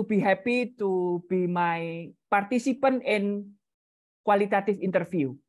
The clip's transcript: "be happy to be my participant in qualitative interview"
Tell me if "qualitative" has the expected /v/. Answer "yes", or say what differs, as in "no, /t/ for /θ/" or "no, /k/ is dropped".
no, /f/ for /v/